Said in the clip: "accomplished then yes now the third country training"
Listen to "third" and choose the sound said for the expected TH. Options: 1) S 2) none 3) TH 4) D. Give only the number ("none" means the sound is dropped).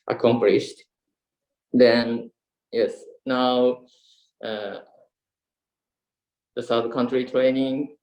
1